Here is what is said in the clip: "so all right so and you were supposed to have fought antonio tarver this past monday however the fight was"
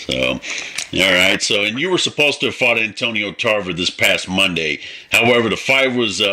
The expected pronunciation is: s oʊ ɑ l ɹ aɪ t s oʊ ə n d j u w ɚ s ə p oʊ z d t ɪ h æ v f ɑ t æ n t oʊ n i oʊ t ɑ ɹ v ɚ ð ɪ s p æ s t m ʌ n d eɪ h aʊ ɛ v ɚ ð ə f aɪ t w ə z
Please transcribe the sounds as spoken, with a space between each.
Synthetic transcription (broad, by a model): s oʊ ɑ l ɹ aɪ t s oʊ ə n j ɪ w ɚ s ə p oʊ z t ɪ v f ɑ t æ n t oʊ n i oʊ t ɑ ɹ v ɚ ð ɪ s p æ s t m ʌ n d eɪ h aʊ ɛ v ɚ ð ə f aɪ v w ə z